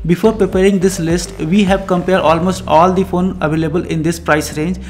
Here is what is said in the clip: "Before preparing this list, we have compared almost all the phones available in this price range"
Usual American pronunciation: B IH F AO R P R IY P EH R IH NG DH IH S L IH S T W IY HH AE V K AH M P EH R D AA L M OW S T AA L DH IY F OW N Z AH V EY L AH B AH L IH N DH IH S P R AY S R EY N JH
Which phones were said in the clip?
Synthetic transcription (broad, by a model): B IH F AO R P R IY P EH R IH NG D IH S L IH S T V IY HH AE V K AH M P EH R D AA L M OW S T AA L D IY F OW N AH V EY L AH B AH L IH N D IH S P R AY S R EY N JH